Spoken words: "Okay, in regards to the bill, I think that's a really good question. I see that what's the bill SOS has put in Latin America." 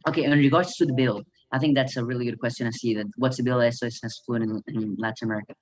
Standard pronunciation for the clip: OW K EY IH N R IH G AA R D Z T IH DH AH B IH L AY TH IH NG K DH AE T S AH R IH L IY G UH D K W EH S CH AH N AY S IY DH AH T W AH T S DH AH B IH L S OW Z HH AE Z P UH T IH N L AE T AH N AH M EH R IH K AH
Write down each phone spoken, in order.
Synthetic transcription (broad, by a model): OW K EY IH N R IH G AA R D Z T IH DH AH B IH L AY TH IH NG K DH AE T S AH R IH L IY G UH D K W EH S CH AH N AY S IY DH AH T W AH T S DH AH B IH L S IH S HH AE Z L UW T IH N L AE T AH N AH M EH R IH K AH